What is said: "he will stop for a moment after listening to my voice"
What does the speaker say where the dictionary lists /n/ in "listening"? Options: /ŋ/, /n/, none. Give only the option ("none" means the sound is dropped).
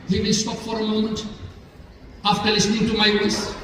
/n/